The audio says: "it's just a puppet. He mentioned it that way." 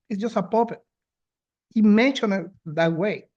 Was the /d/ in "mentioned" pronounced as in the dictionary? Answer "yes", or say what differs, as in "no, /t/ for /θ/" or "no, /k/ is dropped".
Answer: no, /d/ is dropped